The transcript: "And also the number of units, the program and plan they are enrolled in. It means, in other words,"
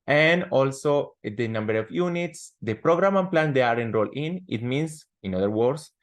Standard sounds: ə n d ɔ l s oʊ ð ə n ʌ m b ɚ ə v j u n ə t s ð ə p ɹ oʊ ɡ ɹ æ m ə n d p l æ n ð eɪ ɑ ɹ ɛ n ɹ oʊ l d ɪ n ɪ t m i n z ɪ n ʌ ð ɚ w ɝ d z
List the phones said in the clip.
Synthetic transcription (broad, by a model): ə n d ɔ l s oʊ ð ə n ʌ m b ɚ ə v j u n ə t s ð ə p ɹ oʊ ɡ ɹ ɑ m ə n p l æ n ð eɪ ɑ ɹ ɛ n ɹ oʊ l ɪ n ɪ t m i n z ɪ n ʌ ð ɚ w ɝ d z